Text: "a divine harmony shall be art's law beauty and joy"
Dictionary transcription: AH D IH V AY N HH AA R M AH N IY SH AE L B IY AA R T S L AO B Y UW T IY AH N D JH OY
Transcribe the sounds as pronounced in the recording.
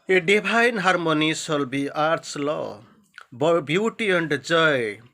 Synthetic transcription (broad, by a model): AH D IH B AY N HH AA R M AH N IY S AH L B IY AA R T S L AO B Y UW T IY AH N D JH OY